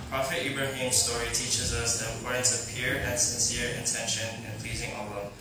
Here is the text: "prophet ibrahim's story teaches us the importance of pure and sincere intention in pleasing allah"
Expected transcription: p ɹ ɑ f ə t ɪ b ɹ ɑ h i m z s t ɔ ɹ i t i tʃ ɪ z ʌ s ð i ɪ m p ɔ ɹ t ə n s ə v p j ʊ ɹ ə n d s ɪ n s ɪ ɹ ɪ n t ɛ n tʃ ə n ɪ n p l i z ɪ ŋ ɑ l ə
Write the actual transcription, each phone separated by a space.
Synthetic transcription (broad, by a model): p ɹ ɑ f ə t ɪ b ɹ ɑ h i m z s t ɔ ɹ i t i tʃ ɪ z ʌ s ð i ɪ m p ɔ ɹ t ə n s ə v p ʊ ɹ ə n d s ɪ n s ɪ ɹ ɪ n t ɛ n ʃ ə n ɪ n p l i z ɪ ŋ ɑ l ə